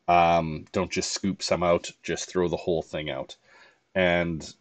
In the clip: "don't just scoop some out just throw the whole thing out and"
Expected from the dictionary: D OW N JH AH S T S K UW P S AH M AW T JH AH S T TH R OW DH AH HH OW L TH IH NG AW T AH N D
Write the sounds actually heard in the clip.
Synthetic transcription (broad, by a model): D OW N JH AH S T S K UW P S AH M AW T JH AH S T TH R OW DH AH HH OW L TH IH NG AW T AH N